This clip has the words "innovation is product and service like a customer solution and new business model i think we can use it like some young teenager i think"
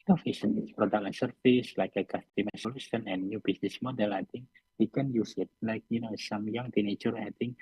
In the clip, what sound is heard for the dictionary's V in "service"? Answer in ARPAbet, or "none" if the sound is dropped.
F